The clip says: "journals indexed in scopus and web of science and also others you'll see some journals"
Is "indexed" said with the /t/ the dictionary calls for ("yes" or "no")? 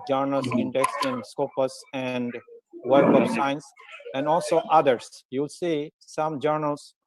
no